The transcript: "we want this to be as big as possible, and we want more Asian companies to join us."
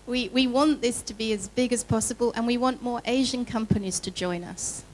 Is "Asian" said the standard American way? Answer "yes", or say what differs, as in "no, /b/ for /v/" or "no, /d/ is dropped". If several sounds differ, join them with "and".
yes